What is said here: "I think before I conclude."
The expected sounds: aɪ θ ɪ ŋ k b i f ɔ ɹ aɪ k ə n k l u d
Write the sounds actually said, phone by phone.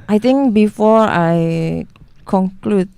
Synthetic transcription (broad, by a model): aɪ t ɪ ŋ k b i f ɔ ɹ aɪ k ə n k l u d